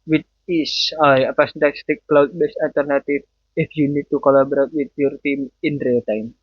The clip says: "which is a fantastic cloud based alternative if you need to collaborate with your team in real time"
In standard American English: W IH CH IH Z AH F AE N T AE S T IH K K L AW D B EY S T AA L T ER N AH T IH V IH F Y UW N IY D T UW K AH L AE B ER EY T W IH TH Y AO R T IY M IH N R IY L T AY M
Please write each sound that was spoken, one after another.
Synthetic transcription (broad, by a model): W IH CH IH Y AH P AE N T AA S T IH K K L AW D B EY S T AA L T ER N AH T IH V IH F Y UW N IY D T UW K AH L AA B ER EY T W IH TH Y AO R T IY M IH N R IY L T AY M